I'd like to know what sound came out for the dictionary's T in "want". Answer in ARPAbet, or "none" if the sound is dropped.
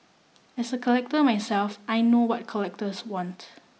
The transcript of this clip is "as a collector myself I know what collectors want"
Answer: T